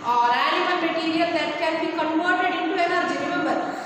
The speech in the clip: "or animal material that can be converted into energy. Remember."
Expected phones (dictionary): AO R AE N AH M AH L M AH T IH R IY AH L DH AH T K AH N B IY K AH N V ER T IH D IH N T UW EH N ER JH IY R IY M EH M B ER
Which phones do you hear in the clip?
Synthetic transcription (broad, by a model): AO R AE L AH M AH M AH T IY R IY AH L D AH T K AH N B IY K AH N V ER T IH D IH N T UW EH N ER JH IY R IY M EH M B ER